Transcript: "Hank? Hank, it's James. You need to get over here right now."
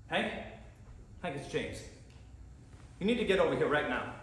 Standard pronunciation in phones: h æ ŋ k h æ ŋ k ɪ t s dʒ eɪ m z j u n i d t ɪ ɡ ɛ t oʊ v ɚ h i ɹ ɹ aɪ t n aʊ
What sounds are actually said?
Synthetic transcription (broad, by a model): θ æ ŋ k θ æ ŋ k ɪ t s tʃ eɪ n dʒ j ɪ n i d t ɪ ɡ ɛ t oʊ v ɚ h i ɹ ɹ aɪ t n aʊ